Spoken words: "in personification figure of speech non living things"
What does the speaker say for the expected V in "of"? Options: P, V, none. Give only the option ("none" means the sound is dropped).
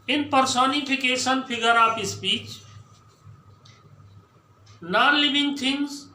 P